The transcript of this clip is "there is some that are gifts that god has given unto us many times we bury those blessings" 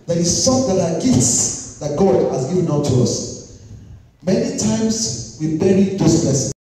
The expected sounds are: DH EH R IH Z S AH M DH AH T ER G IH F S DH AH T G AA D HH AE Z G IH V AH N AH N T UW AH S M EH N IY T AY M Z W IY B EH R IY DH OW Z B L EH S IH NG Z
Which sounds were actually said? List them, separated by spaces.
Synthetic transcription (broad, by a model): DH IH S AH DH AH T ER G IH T S DH AH T G AA D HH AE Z G IH V AH N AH T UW AH S M EH N IY T AY M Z W IY B EH R IY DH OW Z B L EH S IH